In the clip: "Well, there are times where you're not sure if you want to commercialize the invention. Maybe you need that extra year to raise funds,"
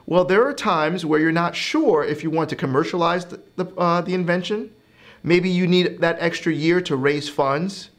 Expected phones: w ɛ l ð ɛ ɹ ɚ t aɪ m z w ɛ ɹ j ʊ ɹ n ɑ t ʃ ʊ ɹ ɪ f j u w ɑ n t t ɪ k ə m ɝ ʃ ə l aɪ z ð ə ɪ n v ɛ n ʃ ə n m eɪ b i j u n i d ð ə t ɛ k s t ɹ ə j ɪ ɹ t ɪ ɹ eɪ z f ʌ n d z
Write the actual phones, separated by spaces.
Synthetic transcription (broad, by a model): w ɛ l ð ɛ ɹ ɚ t aɪ m z w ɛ ɹ j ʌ ɹ n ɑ t ʃ ʊ ɹ ɪ f j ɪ w ɑ n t t ɪ k ə m ɝ ʃ ə l aɪ z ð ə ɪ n v ɛ n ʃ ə n m eɪ b i j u n i d ð ə t ɛ k s t ɹ ə j ɪ ɹ t ɪ ɹ eɪ z f ʌ n d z